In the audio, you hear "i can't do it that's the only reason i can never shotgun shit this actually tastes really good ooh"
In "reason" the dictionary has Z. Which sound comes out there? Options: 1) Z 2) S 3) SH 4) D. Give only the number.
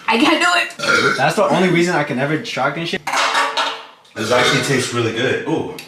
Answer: 1